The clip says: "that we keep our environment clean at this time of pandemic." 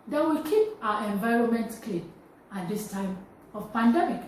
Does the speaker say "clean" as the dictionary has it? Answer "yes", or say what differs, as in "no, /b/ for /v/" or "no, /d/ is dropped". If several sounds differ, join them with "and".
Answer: no, /l/ is dropped